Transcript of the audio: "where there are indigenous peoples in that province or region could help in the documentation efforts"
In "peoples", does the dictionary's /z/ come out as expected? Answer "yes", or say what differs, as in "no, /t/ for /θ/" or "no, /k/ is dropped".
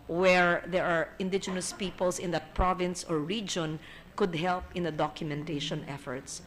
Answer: no, /s/ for /z/